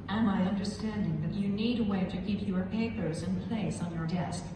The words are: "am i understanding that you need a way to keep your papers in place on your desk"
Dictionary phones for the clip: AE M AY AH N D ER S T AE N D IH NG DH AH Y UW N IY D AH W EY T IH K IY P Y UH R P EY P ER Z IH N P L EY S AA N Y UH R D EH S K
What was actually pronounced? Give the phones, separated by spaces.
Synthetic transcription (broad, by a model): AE M AY AH N D ER S T AE N D IH NG DH AH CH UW N IY D AH W EY T IH K IY P Y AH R P EY P ER Z IH N P L EY S N Y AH R D EH S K